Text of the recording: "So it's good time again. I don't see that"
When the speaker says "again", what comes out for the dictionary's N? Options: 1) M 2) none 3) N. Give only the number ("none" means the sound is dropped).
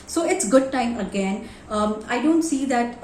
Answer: 3